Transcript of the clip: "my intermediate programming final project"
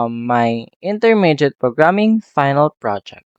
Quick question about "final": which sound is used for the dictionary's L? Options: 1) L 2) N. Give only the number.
1